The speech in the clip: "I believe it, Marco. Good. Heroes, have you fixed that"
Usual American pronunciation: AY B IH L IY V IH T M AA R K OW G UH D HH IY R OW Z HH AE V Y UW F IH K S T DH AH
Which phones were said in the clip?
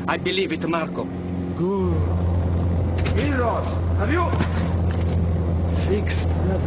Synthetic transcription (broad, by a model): AY B IH L IY V IH T M AA R K OW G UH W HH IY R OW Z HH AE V Y UW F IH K S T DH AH